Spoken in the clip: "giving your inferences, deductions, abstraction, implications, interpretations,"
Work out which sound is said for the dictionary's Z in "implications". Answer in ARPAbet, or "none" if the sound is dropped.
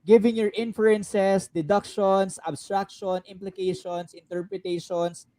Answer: S